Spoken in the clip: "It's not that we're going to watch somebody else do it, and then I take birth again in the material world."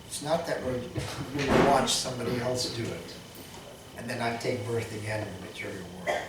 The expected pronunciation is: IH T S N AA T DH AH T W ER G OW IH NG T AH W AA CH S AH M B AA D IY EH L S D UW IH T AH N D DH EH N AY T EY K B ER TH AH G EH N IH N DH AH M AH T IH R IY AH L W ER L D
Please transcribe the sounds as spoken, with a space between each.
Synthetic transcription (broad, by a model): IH T S N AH T DH AH T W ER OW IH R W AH W AA CH S AH M B AA D IY EH L S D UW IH T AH N DH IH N AY T EY K B ER TH AH G EH N IH N DH AH M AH T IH R IY L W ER